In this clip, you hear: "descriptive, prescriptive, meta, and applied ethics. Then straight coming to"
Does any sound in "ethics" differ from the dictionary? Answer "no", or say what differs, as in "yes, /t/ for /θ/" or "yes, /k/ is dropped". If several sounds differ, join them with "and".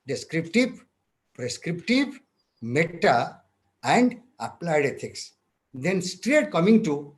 yes, /t/ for /θ/